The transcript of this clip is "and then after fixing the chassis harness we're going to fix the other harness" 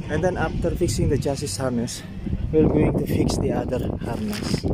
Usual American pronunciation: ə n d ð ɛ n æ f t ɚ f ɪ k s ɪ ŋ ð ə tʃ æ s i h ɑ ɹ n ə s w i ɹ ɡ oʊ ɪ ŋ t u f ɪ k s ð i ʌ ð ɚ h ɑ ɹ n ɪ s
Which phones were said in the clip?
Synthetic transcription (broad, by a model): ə n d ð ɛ n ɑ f t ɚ f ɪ k s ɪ ŋ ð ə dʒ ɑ s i h ɑ ɹ n ə s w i l ɡ oʊ ɪ ŋ t u f ɪ k s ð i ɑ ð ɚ h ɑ ɹ n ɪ s